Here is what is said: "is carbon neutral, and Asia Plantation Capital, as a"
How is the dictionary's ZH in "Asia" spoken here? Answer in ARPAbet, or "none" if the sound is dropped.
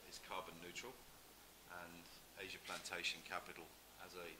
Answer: ZH